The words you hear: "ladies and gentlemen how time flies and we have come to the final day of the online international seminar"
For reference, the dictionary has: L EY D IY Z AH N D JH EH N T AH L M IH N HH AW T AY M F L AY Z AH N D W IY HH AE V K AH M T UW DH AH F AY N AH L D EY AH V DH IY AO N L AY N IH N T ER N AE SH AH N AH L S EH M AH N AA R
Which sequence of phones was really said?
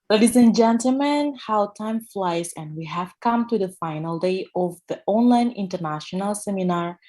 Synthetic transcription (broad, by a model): L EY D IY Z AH N JH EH N T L M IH N HH AW T AY M F L AY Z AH N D W IY HH AE V K AH M T UW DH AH F AY N AH L D EY AH V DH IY AO N L AY N IH N T ER N AE SH AH N AH L S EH M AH N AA R